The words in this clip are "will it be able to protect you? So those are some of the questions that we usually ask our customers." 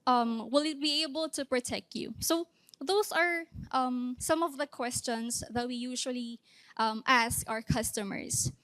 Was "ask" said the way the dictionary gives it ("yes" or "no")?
yes